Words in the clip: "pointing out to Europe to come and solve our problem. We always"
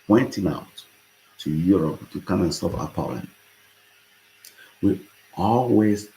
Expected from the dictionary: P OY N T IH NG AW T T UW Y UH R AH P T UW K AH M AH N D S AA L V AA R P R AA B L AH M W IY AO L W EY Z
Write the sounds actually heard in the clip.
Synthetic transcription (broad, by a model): P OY N T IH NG AW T T UW Y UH R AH P T UW K AH M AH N S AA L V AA P AA L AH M W IY AO L W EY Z